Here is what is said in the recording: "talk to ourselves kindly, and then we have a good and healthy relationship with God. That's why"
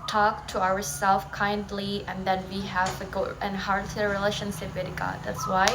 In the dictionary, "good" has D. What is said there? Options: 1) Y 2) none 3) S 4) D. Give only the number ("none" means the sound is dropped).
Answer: 2